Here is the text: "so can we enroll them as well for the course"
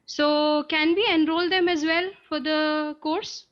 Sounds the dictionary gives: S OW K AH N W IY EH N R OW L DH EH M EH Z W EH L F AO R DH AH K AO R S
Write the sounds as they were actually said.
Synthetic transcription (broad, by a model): S OW K AH N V IY EH N R OW L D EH M EH Z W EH L F AO R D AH K AO R S